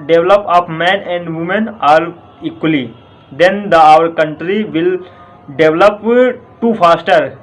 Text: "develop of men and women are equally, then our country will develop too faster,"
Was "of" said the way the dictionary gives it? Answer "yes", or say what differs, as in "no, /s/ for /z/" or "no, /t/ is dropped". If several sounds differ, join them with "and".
no, /p/ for /v/